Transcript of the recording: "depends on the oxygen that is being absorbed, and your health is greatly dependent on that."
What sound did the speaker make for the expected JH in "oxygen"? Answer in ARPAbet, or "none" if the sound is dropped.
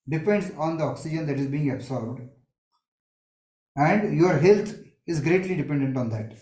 JH